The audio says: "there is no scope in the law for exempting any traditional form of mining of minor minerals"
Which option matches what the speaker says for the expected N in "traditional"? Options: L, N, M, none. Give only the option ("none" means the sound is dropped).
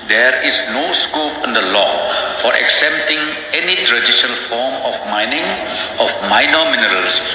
none